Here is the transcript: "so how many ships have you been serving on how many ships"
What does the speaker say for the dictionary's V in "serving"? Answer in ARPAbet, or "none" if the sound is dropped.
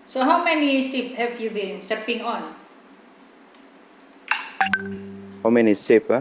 P